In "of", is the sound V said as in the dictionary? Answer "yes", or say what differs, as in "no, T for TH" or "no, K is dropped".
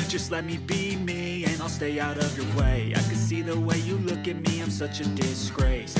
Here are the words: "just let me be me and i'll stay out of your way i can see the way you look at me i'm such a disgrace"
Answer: yes